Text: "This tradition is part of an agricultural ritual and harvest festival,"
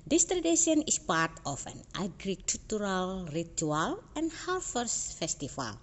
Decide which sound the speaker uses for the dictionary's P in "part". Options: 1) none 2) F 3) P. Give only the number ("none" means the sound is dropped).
3